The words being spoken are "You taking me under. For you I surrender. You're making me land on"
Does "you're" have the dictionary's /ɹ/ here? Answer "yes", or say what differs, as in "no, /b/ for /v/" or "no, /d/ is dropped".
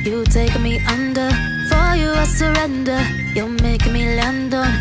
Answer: no, /l/ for /ɹ/